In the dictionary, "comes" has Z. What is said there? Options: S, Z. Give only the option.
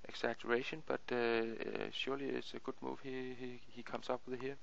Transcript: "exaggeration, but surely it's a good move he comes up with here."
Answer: S